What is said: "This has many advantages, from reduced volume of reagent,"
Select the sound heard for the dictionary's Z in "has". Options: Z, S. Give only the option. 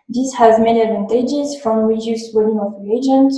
Z